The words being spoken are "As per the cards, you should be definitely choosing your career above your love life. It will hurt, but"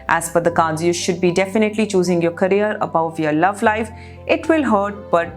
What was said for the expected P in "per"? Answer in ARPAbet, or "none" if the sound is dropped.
F